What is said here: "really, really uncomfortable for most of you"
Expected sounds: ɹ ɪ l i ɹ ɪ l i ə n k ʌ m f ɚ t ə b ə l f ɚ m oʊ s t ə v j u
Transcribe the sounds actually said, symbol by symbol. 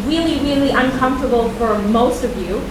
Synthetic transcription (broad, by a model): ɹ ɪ l i ɹ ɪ l i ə n k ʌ m f t ə b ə l f ɚ m oʊ s t ə v j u